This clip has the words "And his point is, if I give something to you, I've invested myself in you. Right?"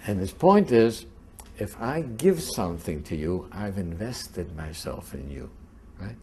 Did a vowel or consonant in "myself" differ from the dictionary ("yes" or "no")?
no